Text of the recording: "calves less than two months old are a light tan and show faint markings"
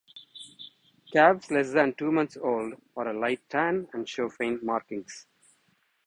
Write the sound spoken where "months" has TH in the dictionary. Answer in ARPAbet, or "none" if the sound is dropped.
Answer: T